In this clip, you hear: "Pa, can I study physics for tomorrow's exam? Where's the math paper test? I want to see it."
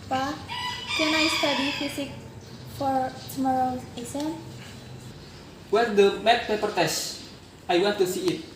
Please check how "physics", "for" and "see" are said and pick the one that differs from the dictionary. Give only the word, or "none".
physics